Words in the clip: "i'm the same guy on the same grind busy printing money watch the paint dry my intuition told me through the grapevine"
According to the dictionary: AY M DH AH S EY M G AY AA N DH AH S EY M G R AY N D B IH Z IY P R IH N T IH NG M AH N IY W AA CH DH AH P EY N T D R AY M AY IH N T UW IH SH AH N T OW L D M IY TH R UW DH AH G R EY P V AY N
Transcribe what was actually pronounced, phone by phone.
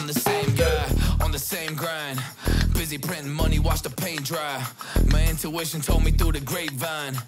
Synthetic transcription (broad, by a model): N DH AH S EY M G AY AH N DH AH S EY M G R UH N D B IH Z IY P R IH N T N M AH N IY W AA CH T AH P EY N D R AY M AY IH N T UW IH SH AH N T OW L D M IY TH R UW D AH G R EY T V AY N